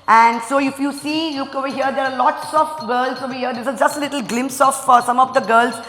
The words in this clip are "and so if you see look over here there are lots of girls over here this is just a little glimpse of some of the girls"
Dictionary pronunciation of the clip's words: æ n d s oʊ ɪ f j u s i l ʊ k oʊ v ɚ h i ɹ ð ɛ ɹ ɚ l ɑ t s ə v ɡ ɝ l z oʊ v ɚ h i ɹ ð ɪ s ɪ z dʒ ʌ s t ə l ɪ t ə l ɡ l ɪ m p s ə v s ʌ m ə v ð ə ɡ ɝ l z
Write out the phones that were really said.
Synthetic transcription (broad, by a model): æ n d s oʊ ɪ f j u s i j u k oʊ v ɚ h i ɹ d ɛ ɹ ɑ l ɑ t s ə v ɡ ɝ l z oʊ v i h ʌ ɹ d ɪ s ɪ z dʒ ʌ s t ə l ɪ t ə l ɡ l ɪ m p s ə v s ʌ m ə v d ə ɡ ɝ l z